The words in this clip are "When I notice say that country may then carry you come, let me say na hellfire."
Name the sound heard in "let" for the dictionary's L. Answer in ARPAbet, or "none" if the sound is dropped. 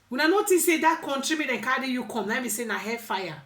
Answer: N